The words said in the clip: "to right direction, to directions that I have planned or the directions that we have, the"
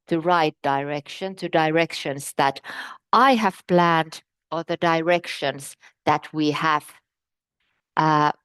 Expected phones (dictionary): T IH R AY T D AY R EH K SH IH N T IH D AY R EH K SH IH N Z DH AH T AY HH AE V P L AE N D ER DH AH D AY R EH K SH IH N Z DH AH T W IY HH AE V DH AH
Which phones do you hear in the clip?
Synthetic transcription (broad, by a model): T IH R AY T D AY R EH K SH IH N T IH D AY R EH K SH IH N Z DH AH T AY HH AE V P L AE N D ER DH AH D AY R EH K SH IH N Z DH AH T W IY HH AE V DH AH